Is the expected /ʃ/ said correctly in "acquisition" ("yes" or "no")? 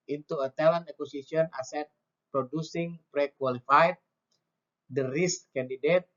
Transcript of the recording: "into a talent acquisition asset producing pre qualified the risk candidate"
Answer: no